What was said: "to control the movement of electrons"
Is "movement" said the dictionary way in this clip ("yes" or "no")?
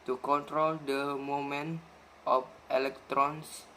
no